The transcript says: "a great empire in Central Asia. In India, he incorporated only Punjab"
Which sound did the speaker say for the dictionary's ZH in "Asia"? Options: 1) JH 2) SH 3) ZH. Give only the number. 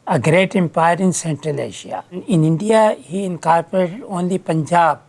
2